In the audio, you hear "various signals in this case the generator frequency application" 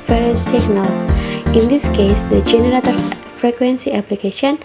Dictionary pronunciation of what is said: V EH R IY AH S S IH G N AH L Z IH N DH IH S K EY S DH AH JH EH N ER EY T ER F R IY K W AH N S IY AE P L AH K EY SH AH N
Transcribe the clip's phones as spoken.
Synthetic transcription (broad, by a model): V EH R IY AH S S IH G N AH L IH N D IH S K EY S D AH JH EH N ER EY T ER F R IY K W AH N S IY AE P L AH K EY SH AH N